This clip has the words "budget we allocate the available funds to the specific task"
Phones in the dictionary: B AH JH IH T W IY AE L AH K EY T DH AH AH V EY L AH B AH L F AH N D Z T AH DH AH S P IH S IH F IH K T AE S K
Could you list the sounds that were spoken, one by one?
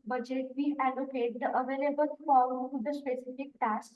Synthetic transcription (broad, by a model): B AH JH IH T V IY AE L AH K EY T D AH AH V EY L AH B AH L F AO D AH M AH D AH S P IH S IH F IH K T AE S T